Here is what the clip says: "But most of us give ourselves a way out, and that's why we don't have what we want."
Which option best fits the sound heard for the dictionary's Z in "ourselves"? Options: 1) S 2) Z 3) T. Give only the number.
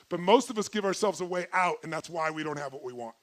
2